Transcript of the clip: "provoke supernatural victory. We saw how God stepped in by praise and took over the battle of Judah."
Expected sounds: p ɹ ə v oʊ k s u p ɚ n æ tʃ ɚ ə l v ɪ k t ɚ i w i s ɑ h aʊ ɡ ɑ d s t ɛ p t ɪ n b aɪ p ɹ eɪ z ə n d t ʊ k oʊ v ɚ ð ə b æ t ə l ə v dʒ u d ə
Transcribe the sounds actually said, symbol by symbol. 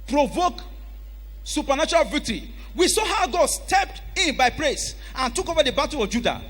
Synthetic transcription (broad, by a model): p ɹ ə v oʊ k s u p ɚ n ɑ tʃ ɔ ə l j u t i w i s ɑ h aʊ ɡ ɑ d s t ɛ p t ɪ n b aɪ p ɹ eɪ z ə n t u k oʊ v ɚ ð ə b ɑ t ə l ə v dʒ u d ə